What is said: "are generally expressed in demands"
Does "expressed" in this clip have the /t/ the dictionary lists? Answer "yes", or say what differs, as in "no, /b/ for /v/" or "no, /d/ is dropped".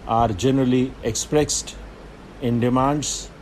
yes